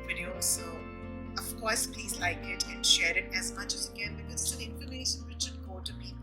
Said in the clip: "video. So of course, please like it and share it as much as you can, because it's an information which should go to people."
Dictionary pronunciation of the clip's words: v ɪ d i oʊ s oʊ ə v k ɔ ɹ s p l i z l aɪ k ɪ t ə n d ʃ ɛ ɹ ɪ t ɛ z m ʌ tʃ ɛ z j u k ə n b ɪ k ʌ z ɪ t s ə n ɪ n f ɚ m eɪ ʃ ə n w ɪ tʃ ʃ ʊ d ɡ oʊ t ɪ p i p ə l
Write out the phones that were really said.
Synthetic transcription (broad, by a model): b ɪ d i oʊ s oʊ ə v k ɔ ɹ s p l i z l aɪ k ɪ t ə n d ʃ ɛ ɹ ɪ t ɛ z m ʌ tʃ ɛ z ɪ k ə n b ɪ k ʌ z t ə l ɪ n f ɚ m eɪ ʃ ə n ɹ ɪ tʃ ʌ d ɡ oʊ t ɪ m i